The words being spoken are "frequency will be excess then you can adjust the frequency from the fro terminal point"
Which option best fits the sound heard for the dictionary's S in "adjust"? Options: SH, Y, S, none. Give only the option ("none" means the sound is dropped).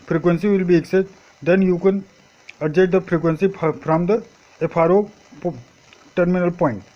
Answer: none